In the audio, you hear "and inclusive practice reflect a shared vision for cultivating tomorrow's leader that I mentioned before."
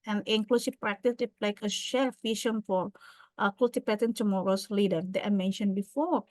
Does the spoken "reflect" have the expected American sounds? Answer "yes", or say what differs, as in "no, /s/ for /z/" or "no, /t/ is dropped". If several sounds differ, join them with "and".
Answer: no, /f/ is dropped and /t/ is dropped